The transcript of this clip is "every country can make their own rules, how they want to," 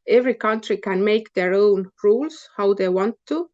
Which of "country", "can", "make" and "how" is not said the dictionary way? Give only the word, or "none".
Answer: none